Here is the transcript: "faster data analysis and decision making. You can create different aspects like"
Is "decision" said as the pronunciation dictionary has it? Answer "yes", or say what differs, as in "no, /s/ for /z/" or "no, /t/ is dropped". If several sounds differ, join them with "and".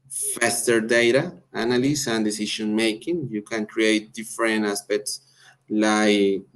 no, /ʃ/ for /ʒ/